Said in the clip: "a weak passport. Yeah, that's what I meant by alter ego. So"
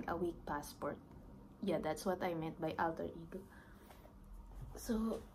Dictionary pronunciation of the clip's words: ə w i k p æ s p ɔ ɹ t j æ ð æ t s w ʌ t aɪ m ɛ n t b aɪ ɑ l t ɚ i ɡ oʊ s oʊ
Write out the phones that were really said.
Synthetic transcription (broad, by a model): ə w i k p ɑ s p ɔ ɹ t j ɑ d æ t s w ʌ t aɪ m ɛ t b aɪ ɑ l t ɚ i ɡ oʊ s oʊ